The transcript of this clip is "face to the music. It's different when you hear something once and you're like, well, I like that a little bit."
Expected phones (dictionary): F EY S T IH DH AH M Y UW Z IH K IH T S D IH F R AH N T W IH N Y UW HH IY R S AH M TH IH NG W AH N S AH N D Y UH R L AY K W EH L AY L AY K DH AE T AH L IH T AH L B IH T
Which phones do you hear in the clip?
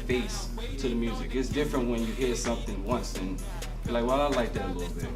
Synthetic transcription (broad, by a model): F EY S T IH DH AH M Y UW Z IH K IH T S D IH F R AH N T W IH N Y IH HH IY R S AH M TH IH NG W AH N S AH N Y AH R L AY K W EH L AY L AY K DH AE T AH L IH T L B IH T